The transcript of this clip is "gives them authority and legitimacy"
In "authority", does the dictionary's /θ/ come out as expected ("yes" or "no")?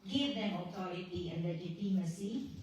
no